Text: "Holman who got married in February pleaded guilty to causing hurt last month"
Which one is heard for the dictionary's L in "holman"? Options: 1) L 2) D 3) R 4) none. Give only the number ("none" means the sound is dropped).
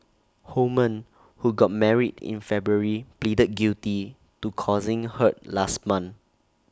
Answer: 4